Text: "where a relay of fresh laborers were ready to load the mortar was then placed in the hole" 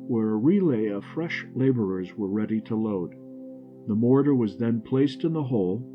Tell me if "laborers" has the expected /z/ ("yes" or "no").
yes